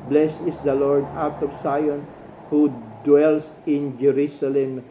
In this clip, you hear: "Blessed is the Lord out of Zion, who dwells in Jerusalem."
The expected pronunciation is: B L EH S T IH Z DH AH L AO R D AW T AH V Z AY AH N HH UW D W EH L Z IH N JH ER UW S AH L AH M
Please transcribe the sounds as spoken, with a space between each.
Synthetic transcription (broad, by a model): B L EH S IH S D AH L AO R D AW T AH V S AY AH N HH UW D W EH L S IH N JH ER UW S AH L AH M